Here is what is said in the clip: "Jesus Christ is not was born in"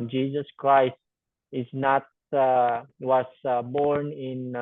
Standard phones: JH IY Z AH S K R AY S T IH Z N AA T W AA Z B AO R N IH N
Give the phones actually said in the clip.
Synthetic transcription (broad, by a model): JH IY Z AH S K R AY S T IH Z N AA T W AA S B AO R N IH N